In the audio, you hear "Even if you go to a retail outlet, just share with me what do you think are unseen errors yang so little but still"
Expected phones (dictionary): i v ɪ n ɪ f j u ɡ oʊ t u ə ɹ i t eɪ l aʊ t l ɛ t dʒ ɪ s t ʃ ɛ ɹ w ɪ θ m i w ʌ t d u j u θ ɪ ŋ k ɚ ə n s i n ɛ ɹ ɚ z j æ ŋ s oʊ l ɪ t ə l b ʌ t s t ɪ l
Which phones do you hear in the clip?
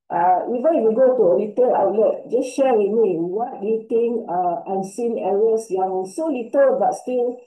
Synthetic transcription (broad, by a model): i v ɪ n ɪ f j u ɡ oʊ t u ə l i t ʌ l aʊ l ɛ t dʒ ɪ s ʃ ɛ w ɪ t m i w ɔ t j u t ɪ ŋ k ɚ ə n s i n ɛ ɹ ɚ s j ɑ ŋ s oʊ l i t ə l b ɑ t s t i l